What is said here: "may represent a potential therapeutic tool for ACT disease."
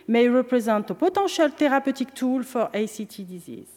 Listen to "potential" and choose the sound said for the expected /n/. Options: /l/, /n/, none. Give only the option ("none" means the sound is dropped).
none